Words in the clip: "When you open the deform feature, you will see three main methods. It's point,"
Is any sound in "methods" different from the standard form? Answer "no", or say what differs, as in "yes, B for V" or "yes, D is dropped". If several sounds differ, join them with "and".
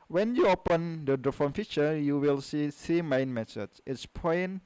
yes, S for TH and S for Z